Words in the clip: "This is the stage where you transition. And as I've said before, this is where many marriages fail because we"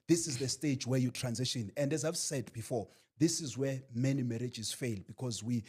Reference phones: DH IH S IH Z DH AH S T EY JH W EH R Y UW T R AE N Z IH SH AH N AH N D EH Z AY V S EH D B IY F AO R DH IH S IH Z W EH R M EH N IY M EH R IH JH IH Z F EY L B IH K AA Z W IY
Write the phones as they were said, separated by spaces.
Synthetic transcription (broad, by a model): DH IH S IH Z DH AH S T EY JH W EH Y UW T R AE N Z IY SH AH N AH N D EH Z AY V S EH D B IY F AO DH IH S IH Z W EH M EH N IY M EH R IH JH IH Z F EY L B IH K AA Z W IY